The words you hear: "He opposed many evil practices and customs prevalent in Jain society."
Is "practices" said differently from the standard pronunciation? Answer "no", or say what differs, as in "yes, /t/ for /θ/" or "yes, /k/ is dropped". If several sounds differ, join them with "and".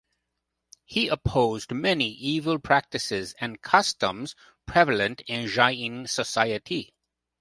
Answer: no